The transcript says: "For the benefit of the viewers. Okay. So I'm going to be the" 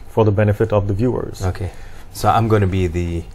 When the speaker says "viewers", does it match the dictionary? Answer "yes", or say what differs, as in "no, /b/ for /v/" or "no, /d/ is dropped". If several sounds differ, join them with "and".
yes